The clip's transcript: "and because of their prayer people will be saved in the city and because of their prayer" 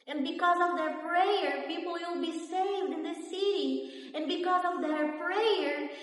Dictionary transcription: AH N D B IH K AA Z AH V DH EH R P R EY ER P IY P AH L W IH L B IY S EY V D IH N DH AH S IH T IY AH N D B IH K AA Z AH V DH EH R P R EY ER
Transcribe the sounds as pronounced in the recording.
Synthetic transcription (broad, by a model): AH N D B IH K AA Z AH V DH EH R P R EY ER P IY P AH L W IH L B IY S EY V D IH N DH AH S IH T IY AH N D B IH K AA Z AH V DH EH R P R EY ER